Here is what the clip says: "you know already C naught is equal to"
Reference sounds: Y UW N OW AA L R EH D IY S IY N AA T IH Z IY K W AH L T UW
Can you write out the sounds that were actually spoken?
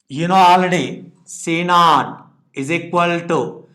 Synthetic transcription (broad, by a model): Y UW N OW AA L AH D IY S IY N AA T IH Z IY K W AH L T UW